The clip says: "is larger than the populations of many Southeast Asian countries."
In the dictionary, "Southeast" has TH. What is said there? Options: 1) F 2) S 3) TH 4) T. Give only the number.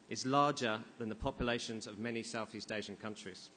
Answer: 3